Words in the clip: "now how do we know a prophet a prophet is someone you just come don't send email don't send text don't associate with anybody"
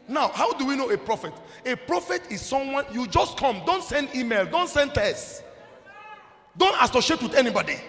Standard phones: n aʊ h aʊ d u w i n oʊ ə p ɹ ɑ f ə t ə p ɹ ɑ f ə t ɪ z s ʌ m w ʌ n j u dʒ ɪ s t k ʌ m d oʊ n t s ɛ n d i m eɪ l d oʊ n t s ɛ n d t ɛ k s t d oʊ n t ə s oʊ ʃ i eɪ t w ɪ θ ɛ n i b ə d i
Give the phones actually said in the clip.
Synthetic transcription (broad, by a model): n aʊ h aʊ d u w i n oʊ ə p ɹ ɑ f ə t ə p ɹ ɑ f ə t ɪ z s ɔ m w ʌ n j u dʒ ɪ s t k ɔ m d oʊ n t s ɛ n d i m eɪ l d oʊ n t s ɛ n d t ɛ s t d oʊ n t ə s oʊ ʃ i eɪ t w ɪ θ ɛ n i b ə d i